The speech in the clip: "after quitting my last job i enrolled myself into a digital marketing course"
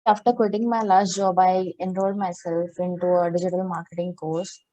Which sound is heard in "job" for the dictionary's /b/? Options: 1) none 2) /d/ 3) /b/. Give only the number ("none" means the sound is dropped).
3